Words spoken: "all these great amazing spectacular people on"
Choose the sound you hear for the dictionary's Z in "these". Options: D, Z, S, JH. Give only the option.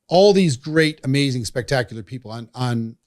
Z